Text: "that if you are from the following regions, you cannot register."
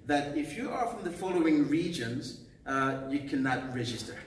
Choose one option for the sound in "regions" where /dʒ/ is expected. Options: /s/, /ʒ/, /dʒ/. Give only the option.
/dʒ/